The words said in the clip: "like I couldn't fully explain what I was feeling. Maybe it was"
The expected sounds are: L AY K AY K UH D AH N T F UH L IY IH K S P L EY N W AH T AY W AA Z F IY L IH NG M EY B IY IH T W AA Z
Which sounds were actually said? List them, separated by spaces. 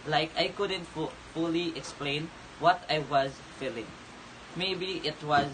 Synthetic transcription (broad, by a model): L AY K AY K UH D AH N T F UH L IY IH K S P L EY N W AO T AY W AA Z F IY L IH NG M EY B IY IH T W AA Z